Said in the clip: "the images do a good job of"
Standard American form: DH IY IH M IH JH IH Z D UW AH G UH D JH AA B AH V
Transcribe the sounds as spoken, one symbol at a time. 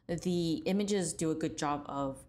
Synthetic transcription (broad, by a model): DH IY IH M IH JH IH Z D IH AH G UH D JH AA B AH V